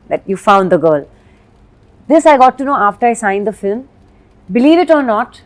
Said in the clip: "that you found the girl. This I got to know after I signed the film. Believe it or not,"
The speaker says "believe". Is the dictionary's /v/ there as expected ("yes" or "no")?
yes